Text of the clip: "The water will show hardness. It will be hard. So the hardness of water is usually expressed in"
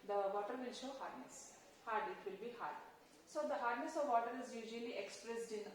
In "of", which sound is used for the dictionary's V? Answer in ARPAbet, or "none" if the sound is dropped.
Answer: V